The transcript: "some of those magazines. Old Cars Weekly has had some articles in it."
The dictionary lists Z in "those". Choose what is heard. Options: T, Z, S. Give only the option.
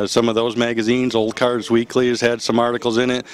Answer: Z